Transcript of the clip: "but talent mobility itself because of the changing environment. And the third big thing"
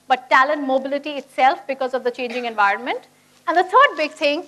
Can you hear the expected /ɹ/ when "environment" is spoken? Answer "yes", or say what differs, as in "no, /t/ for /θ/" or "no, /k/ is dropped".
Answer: yes